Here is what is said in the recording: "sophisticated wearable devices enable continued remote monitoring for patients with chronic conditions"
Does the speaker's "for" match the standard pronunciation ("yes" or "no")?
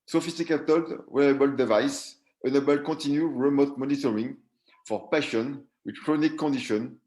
yes